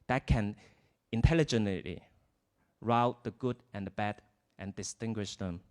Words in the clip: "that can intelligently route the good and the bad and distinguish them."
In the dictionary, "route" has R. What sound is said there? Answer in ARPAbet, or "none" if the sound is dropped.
R